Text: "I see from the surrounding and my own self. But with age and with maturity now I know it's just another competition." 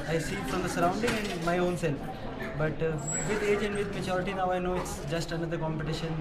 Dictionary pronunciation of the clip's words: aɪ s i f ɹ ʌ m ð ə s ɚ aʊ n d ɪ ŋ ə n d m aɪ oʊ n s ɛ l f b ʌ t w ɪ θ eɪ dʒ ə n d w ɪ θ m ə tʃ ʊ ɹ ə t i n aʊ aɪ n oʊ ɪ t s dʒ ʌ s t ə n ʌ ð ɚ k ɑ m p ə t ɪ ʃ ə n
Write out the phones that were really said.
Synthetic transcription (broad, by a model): aɪ s i f ɹ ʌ m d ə s ɚ aʊ n d ɪ ŋ ə n d m aɪ oʊ n s ɛ l f b ʌ t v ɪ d eɪ dʒ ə n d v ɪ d m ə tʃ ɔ ɹ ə t i n aʊ aɪ n oʊ ɪ t s dʒ ʌ s t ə n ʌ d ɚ k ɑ m p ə t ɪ ʃ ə n